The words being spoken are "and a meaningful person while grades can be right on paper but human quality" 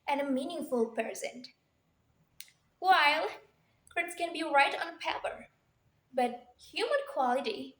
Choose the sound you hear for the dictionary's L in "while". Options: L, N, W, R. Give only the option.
L